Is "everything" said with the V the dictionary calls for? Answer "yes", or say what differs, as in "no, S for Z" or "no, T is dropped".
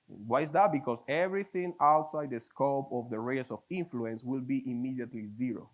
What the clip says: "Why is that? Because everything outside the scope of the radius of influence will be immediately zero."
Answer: yes